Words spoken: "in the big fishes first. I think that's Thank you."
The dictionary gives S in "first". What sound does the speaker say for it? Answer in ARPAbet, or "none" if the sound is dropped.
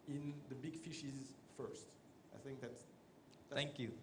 S